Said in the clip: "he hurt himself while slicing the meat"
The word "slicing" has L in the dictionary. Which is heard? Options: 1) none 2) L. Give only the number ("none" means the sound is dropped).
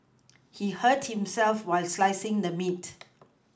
2